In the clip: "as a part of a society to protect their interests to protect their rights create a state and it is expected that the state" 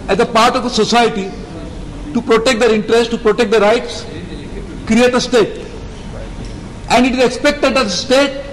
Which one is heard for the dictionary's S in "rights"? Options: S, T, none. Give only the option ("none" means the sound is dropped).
S